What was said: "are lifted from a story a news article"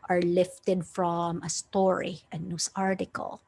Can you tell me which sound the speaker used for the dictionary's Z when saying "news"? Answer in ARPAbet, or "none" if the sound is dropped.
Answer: S